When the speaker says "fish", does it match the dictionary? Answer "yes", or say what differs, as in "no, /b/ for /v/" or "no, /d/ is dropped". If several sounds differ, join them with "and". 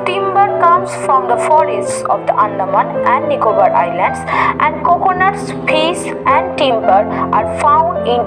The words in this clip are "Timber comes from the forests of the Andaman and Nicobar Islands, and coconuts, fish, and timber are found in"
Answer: no, /p/ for /f/ and /s/ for /ʃ/